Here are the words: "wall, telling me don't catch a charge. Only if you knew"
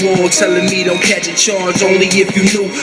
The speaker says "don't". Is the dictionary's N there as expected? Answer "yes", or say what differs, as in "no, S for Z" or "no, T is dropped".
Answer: no, L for N